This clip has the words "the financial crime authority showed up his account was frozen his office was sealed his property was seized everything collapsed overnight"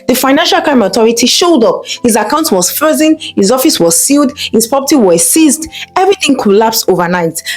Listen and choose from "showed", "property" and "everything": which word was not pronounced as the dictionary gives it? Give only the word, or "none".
property